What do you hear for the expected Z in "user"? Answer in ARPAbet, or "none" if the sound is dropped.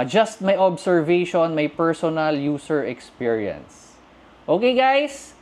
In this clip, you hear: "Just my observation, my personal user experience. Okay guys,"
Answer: S